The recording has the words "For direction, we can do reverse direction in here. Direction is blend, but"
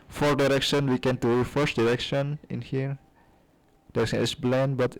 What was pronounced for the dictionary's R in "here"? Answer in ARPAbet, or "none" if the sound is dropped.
R